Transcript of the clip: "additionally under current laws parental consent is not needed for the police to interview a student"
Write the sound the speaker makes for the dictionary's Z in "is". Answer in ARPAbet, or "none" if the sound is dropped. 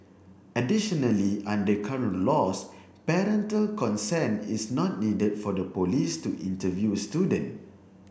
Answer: S